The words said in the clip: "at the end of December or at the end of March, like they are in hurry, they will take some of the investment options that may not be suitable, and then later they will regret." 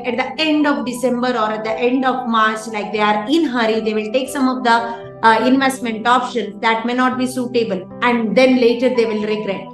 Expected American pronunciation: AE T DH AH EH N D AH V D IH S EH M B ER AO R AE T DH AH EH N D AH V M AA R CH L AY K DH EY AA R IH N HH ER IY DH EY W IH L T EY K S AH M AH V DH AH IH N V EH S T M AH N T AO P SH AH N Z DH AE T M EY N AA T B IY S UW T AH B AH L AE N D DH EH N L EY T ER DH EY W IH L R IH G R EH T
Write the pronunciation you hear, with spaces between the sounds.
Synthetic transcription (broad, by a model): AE T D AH EH N D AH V D IH S EH M B ER AO R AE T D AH EH N D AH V M AA R CH L AY K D EY AA R IH N HH ER IY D EY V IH L T EY K S AH M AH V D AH IH N V EH S T M AH N T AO P SH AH N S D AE T M EY N AA T B IY S UW T AH B AH L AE N D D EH N L EY T ER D EY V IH L R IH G R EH T